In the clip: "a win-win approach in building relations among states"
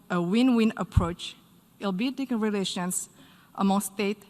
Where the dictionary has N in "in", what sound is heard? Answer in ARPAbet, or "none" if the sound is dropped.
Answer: L